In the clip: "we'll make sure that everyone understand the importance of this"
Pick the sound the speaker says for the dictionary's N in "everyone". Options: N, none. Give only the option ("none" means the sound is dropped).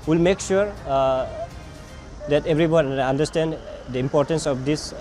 none